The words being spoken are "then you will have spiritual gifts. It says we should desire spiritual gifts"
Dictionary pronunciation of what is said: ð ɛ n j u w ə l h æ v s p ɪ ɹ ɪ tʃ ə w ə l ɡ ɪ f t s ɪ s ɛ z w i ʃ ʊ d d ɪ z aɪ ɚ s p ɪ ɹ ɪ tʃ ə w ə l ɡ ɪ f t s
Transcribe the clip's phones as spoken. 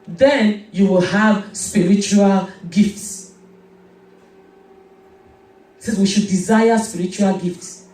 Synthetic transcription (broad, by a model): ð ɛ n j u w ə l h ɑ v s p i ɹ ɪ tʃ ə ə l ɡ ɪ f t s ɪ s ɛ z w i ʃ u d d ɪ z aɪ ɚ s p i ɹ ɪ tʃ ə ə l ɡ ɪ f t s